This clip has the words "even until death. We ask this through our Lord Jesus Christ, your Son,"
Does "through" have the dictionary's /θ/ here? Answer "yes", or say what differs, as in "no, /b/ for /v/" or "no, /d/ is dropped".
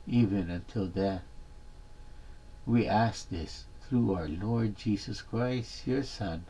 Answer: yes